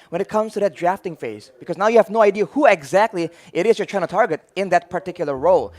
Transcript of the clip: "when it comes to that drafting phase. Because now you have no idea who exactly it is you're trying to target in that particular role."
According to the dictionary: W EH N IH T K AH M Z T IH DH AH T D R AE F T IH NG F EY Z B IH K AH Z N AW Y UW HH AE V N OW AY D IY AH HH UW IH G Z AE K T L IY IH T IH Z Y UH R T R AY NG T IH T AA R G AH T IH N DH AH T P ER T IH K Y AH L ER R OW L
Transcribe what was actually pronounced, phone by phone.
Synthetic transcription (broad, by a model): W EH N IH T K AH M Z T IH DH AH T D R AE F T IH NG F EY Z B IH K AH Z N AW Y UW HH AE V N OW AY D IY AH HH UW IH G Z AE K T L IY IH T IH Z Y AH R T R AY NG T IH T AA R G AH T IH N DH AH T P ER T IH K Y L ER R OW L